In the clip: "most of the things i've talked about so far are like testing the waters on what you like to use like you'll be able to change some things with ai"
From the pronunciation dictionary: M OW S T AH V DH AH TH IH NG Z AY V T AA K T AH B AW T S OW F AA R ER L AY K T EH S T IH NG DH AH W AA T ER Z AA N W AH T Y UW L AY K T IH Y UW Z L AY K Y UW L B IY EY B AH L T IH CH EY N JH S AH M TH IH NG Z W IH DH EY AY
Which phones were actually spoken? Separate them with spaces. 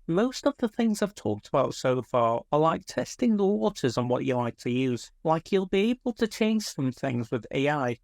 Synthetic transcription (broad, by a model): M OW S T AH V DH AH TH IH NG Z AY V T AA K T AH B AW T S OW F AA R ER L AY K T EH S T IH NG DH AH W AA T ER Z N W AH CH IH L AY K T IH Y UW Z L AY K Y UW L B IY EY B AH L T IH CH EY N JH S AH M TH IH NG Z W IH DH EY AY